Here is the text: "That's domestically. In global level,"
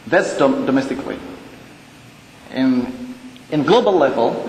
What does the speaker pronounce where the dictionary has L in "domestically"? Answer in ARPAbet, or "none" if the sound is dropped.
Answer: W